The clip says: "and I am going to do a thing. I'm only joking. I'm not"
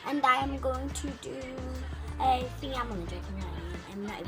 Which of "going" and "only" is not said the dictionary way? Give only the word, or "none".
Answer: only